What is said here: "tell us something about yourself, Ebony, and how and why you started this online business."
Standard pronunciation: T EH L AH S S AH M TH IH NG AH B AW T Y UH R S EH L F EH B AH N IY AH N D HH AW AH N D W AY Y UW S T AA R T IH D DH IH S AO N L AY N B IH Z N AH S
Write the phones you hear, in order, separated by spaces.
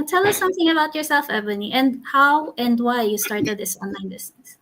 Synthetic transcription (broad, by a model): T EH L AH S S AH M TH IH NG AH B AW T Y UH R S EH L F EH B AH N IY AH N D HH AW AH N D W AY Y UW S T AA R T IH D DH IH S AO N L AY N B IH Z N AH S